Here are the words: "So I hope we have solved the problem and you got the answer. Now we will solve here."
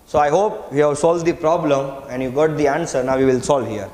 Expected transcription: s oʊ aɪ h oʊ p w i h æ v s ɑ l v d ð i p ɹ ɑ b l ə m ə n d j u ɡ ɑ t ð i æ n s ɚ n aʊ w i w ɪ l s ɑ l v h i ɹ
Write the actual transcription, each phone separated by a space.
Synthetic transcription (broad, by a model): s oʊ aɪ h oʊ p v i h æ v s ɑ l v d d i p ɹ ɑ b l ə m ə n d j u ɡ ɑ t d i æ n s ɚ n aʊ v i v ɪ l s ɑ l v h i ɹ